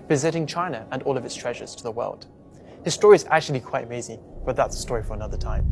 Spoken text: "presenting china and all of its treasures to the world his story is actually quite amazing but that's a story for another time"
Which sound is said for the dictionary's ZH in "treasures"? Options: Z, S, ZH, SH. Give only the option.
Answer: ZH